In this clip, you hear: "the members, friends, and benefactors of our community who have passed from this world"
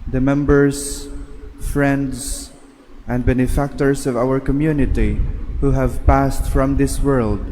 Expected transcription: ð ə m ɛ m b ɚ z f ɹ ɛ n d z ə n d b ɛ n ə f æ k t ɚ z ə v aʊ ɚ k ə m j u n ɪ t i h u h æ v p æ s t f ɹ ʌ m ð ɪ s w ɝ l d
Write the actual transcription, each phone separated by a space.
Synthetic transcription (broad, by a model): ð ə m ɛ m b ɚ z f ɹ ɛ n d z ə n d b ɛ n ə f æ k t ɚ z ə v aʊ ɚ k ə m j u n ɪ t i h u h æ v p æ s t f ɹ ʌ m ð ɪ s w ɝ l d